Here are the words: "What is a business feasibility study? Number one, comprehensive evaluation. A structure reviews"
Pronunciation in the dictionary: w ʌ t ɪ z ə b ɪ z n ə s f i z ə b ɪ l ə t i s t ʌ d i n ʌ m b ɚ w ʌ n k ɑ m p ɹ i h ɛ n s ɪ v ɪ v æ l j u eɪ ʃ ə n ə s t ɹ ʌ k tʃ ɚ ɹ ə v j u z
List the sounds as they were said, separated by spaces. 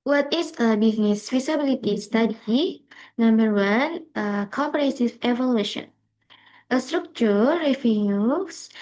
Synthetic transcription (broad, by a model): w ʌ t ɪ s ə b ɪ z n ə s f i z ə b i l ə t i s t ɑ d i n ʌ m b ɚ w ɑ n k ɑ m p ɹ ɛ s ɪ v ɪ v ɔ l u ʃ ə n ə s t ɹ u k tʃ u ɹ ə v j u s